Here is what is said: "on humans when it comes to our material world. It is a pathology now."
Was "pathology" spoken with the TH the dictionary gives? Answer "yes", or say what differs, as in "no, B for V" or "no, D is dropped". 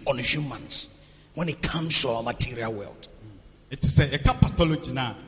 no, T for TH